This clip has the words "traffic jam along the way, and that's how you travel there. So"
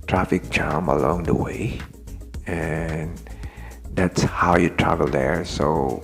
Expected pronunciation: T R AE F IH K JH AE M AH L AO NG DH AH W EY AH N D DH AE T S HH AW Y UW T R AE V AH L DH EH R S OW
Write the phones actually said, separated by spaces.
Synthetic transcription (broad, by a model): T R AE F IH K CH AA M AH L AO NG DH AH W EY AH N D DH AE T S HH AW Y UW T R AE V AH L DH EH R S OW